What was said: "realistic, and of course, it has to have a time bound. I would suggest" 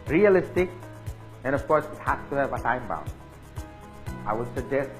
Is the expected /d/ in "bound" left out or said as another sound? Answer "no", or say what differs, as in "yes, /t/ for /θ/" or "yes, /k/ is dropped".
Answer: yes, /d/ is dropped